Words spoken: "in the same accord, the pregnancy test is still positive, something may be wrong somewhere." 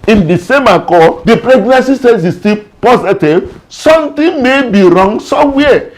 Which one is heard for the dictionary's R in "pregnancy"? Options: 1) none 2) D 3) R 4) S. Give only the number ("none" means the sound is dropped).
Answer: 3